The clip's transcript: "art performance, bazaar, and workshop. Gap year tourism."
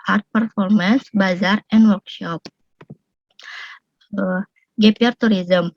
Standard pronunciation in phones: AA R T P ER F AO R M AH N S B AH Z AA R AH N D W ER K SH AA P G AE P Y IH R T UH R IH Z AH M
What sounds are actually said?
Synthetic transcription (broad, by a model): AA R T P ER F AO R M AH N S B AH Z AA R AH N D W ER K SH AA P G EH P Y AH R T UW R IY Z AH M